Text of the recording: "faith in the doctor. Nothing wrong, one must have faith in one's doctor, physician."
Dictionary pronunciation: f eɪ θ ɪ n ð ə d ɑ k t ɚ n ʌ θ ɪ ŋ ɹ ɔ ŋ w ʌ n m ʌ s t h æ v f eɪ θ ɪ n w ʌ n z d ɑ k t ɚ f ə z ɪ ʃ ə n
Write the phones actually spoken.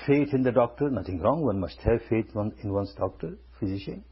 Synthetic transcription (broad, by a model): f eɪ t ɪ n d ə d ɑ k t ɚ n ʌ t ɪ ŋ ɹ ɔ ŋ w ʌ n m ʌ s t h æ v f eɪ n ɪ n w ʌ n s d ɑ k t ɚ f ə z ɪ ʃ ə n